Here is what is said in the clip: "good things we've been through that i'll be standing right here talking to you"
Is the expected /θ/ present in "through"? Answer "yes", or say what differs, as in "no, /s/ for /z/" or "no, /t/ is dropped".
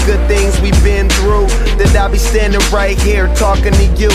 yes